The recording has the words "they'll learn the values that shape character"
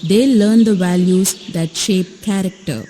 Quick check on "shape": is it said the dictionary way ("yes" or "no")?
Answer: yes